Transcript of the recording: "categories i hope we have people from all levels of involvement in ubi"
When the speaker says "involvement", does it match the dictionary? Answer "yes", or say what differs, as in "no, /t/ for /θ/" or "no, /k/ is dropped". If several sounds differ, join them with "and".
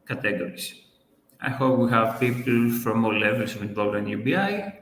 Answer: no, /m/ is dropped